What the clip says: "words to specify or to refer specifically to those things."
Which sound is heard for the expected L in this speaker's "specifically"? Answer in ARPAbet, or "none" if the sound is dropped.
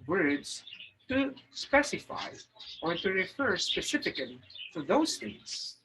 none